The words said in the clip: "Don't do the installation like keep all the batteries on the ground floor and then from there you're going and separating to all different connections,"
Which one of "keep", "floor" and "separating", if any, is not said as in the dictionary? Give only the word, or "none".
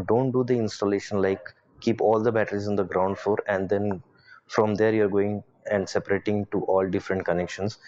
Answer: floor